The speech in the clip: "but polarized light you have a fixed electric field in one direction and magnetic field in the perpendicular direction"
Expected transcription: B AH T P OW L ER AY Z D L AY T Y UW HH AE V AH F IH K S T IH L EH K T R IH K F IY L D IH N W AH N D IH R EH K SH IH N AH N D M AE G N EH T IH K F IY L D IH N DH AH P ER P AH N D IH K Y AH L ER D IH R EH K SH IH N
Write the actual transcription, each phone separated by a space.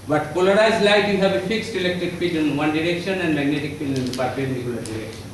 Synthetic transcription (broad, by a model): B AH T P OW L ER AY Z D L AY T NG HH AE B AH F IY K S T IH L EH K T R IH K P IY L IH N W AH N D IH R EH K SH IH N AH N D M AE G N EH T IH K P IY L IH N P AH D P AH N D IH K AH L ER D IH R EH K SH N